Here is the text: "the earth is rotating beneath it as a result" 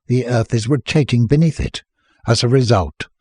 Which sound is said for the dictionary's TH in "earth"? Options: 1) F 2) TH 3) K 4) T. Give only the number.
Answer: 2